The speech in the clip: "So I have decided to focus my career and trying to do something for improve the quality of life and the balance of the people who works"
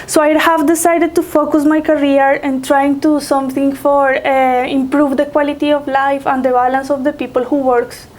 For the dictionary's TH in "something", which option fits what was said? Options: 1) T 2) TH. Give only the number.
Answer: 1